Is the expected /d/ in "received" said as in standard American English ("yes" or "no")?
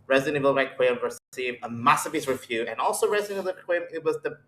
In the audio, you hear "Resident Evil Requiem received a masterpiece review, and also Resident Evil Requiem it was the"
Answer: no